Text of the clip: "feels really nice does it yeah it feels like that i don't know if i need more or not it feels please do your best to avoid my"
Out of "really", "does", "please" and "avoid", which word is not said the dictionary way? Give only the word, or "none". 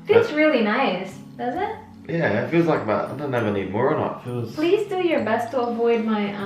none